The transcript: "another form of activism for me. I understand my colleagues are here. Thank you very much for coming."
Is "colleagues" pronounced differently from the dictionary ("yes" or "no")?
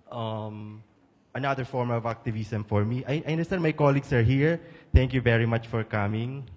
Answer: yes